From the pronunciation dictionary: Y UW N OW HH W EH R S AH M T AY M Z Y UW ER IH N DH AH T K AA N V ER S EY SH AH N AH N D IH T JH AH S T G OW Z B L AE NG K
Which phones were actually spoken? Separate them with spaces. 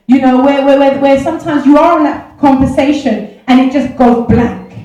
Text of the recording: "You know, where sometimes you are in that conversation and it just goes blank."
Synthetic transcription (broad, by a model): Y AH N OW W W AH W S AH M T AY M Z Y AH ER IH N DH AH T K AA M V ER S EY SH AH N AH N IH T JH AH S G OW Z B L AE NG K